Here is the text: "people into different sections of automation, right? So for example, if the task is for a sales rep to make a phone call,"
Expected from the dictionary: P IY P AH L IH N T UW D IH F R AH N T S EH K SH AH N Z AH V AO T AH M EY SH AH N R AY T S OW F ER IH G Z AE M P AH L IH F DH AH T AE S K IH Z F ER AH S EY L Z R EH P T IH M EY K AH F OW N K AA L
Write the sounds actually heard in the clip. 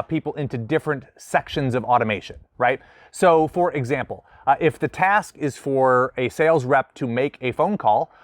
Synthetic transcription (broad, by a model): P IY P L IH N T UW D IH F R AH N T S EH K SH AH N Z AH V AO T AH M EY SH AH N R AY T S OW F ER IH G Z AE M P L IH F DH AH T AE S K IH Z F ER AH S EY L Z R EH P T IH M EY K AH F OW N K AA L